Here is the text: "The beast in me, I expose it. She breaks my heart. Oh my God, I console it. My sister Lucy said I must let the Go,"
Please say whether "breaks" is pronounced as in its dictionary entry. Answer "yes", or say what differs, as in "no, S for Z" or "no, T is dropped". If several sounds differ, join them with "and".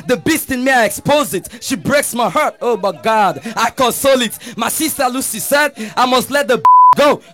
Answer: yes